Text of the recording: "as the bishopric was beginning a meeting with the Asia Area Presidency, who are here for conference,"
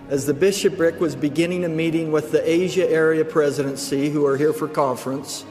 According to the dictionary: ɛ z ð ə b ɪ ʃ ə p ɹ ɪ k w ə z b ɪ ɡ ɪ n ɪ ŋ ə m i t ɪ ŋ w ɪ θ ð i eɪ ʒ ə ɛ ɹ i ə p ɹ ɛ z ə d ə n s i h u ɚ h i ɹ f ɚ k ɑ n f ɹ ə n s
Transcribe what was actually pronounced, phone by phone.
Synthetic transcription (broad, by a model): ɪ z ð ə b ɪ ʃ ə p ɹ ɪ k w ə z b ɪ ɡ ɪ n ɪ ŋ ə m i t ɪ ŋ w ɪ ð i eɪ ʒ ə ɛ ɹ i ə p ɹ ɛ z ə d ə n s i h u ɚ h i ɹ f ɚ k ɑ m f ɹ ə n s